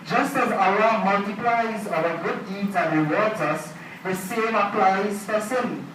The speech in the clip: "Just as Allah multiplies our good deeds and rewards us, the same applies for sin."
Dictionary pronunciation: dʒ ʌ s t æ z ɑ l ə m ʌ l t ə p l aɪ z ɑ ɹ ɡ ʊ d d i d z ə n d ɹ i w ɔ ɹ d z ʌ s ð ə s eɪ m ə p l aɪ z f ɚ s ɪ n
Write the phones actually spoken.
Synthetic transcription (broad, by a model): dʒ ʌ s t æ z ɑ ə m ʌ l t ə p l aɪ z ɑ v ɡ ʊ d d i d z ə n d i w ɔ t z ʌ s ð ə s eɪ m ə p l aɪ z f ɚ s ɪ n